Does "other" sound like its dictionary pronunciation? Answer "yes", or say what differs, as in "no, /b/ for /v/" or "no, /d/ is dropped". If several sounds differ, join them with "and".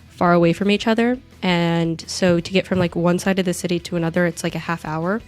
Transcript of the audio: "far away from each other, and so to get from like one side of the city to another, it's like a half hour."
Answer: yes